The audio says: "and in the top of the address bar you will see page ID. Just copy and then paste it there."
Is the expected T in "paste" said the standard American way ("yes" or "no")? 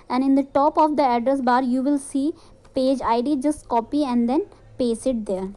no